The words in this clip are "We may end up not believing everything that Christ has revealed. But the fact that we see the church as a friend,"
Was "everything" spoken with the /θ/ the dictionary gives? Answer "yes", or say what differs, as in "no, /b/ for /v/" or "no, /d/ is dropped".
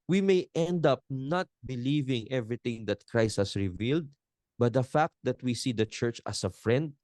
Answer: no, /t/ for /θ/